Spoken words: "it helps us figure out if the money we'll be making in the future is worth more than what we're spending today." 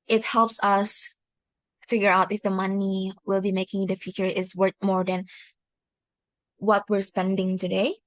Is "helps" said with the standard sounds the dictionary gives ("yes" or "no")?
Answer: yes